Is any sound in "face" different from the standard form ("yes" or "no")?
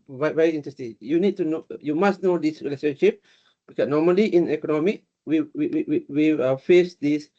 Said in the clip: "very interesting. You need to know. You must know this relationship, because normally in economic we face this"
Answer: no